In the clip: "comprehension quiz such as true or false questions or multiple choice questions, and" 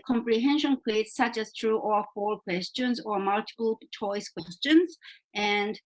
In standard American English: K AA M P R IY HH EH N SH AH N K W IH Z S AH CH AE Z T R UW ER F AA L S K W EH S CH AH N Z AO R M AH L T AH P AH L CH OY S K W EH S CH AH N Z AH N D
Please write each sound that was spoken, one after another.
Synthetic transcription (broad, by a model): K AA M P R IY HH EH N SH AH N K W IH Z S AH CH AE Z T R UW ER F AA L K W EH S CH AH N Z AO R M AH L T AH P AH L CH OY S K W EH S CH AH N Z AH N D